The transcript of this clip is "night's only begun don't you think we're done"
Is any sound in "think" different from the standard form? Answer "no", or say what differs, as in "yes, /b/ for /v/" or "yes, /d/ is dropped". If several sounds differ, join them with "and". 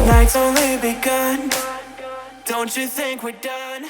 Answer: no